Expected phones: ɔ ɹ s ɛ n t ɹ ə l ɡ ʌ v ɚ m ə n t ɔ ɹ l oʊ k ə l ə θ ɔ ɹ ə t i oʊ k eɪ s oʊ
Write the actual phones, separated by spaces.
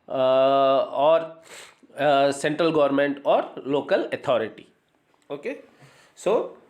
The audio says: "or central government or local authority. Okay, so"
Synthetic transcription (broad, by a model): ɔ ɹ s ɛ n t ɹ ə l ɡ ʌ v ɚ m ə n t ɔ ɹ l oʊ k ə l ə t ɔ ɹ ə t i oʊ k eɪ s oʊ